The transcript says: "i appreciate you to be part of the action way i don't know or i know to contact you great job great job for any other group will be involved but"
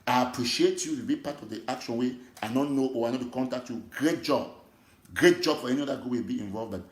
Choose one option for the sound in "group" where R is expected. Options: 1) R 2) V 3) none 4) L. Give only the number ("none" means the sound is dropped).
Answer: 3